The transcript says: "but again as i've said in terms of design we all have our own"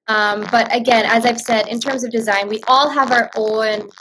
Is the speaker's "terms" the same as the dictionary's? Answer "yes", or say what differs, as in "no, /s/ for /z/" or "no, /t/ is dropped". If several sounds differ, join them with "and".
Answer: yes